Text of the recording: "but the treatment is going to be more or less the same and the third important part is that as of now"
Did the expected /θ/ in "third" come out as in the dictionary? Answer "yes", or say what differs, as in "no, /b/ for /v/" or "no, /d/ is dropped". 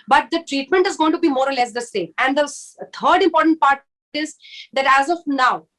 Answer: no, /t/ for /θ/